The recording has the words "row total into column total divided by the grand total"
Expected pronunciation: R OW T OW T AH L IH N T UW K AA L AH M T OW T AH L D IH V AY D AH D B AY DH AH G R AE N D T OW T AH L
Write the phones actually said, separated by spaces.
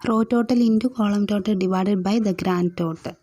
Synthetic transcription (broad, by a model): R OW T OW T AH L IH N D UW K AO L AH M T OW T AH D IH V AY D AH D B AY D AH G R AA N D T OW T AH